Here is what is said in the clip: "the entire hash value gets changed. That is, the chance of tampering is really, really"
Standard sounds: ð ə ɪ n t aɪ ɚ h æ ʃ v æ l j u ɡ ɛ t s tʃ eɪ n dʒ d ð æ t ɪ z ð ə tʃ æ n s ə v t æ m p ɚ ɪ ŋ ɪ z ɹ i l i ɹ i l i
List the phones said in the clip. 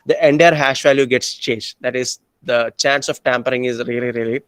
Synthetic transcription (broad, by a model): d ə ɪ n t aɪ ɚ h æ ʃ v æ l j u ɡ ɛ t s tʃ eɪ n dʒ d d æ t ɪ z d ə tʃ æ n s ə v t æ m p ɚ ɪ ŋ ɪ z ɹ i l i ɹ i l i